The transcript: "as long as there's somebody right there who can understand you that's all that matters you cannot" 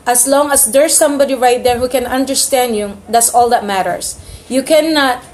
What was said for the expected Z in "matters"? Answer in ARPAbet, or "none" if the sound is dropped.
S